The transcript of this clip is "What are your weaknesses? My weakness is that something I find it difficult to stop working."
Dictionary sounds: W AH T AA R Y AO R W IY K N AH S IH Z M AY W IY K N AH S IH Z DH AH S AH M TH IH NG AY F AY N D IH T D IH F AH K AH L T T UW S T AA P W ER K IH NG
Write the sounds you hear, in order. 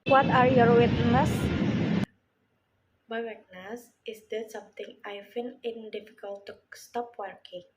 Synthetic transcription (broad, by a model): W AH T AA R Y AO R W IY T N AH S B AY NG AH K N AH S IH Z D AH S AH M T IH NG AY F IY N IH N D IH F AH K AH L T T UW S T AA P W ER K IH NG